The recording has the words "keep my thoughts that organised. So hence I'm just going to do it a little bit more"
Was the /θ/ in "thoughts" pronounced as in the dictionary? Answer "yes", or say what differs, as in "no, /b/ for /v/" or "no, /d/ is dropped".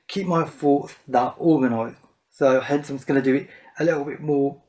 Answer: no, /f/ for /θ/